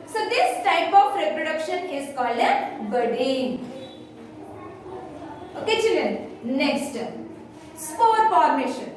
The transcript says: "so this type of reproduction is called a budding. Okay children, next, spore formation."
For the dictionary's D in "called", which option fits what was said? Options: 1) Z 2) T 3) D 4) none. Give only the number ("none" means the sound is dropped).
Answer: 4